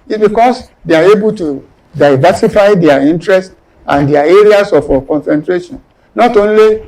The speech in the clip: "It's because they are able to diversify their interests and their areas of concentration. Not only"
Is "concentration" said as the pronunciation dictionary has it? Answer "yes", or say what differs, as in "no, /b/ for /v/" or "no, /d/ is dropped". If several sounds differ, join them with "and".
yes